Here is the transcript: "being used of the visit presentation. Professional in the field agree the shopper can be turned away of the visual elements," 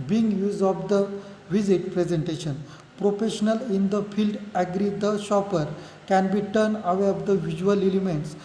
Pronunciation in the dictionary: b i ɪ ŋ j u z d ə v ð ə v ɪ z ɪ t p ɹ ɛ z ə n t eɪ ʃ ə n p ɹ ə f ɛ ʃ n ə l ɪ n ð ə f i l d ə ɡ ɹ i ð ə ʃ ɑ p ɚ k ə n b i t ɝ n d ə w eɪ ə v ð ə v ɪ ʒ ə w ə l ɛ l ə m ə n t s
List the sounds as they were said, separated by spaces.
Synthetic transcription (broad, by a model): b i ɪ ŋ j u z d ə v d ə v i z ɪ t p ɹ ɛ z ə n t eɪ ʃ ə n p ɹ ə f ɛ ʃ n ə l ɪ n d ə f i l d ə ɡ ɹ i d ə ʃ ɑ p ɚ k ə n b i t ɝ n ə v eɪ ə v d ə v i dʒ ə ə l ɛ l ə m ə n t s